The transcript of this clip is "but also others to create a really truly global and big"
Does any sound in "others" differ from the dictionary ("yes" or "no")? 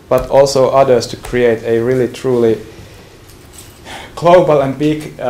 yes